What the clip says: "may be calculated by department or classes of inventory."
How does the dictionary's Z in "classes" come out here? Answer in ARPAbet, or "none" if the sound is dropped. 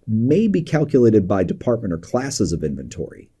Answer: Z